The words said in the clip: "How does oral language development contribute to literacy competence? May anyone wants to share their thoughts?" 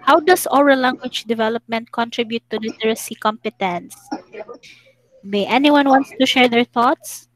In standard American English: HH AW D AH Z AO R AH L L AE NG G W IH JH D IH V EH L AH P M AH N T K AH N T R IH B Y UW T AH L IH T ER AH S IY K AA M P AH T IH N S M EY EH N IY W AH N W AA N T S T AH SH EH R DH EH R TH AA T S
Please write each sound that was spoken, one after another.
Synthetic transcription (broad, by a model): HH AW D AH S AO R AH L L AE NG G W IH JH D IH V EH L AH P M AH N T K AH N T R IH B Y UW T AH L IH T ER AH S IY K AA M P AH T IH N S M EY EH N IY W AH N W AA N T S T AH SH EH R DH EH R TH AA T S